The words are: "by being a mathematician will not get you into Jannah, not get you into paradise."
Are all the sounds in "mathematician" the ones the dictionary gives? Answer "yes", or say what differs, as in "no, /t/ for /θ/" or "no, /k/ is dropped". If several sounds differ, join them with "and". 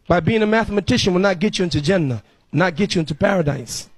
yes